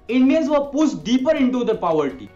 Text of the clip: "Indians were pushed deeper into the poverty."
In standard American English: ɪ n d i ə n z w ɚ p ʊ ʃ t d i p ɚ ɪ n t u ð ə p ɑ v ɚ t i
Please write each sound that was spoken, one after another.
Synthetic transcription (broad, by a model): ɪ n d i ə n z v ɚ p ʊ s t d i p ɚ ɪ n t u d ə p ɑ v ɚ t i